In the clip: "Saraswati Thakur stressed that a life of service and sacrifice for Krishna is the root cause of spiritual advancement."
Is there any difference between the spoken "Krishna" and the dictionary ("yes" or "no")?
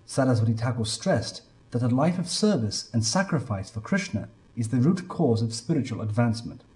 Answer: no